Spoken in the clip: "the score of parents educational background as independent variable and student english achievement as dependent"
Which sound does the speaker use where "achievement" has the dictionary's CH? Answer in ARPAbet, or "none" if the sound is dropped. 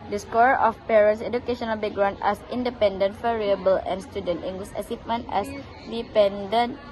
S